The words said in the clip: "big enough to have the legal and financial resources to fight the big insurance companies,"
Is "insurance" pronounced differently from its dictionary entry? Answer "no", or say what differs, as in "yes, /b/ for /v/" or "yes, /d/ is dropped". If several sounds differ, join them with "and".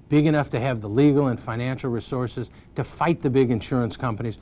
no